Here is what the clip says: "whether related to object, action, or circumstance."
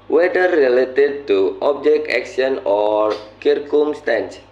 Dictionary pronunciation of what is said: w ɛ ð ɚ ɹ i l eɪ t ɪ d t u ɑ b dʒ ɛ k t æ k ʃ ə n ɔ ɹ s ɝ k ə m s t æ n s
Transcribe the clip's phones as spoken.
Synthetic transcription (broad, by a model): w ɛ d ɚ ɹ i l eɪ t ɪ d t u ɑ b dʒ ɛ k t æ k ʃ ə n ɔ ɹ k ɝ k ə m s t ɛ n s